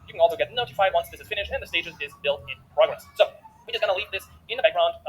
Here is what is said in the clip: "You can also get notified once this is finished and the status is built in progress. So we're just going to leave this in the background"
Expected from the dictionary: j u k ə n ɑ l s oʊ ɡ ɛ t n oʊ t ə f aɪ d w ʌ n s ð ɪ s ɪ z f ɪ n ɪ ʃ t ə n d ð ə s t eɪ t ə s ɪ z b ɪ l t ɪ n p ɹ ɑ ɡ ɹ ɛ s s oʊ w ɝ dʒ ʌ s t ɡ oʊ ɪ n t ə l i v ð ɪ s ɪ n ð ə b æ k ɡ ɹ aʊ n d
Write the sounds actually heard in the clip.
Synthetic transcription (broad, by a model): j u k ə n ɑ l s oʊ ɡ ɛ t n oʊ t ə f aɪ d w ʌ n s ð ɪ s ɪ z f ɪ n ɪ ʃ ə n ð ə s t eɪ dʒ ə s ɪ z b ɪ l t ɪ n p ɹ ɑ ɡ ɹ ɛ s s oʊ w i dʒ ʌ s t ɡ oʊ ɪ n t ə l i v ð ɪ s ɪ n ð ə b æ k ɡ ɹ aʊ n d